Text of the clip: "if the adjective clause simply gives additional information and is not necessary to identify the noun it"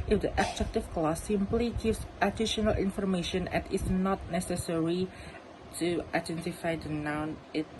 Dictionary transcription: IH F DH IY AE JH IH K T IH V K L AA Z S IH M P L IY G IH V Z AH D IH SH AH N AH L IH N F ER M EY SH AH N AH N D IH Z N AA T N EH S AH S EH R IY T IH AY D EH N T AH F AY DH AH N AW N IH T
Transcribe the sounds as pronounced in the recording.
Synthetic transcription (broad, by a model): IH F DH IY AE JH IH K T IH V K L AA S IH M P L IY G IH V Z AH D IH SH AH N AH L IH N F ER M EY SH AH N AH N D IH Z N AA T N EH S AH S EH R IY T IH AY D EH N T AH F AY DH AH N AW N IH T